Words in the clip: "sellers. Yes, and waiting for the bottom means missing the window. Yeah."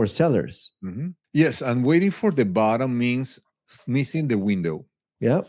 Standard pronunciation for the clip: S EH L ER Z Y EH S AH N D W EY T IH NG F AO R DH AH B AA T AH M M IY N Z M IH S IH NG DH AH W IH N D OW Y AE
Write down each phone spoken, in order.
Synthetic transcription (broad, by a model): S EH L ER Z Y EH S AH N W EY T IH NG F AO R DH AH B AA T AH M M IY N S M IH S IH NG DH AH W IH N D OW Y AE